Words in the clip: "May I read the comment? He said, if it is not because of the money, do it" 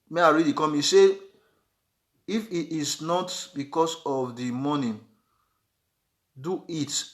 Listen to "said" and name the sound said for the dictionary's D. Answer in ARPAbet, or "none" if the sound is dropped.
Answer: none